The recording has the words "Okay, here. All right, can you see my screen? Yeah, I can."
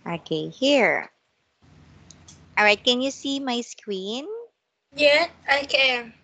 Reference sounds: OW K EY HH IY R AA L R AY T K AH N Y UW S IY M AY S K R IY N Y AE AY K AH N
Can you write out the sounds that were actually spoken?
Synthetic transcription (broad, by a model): OW K EY HH IY R AA L R AY T K AH N Y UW S IY M AY S K W IY N Y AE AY K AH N